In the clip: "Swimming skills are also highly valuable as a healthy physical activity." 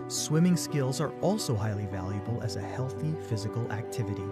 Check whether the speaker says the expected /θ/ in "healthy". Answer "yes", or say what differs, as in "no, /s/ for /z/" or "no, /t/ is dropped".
yes